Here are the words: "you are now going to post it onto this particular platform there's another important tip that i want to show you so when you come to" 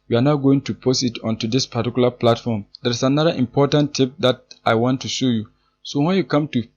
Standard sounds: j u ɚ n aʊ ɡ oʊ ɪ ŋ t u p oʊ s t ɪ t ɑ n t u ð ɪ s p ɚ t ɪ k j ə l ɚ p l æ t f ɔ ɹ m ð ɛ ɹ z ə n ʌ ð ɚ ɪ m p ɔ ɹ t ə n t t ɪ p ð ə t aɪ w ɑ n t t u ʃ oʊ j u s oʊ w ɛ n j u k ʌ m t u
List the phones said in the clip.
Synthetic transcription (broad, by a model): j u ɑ n aʊ ɡ oʊ ɪ ŋ t u p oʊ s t ɪ t ɑ n t u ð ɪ s p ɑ t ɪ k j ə l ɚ p l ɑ t f ɔ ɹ m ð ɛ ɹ s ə n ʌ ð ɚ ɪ m p ɔ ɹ t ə n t t ɪ p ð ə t aɪ w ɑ n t t u ʃ oʊ j u s oʊ w ɛ n j u k ʌ m t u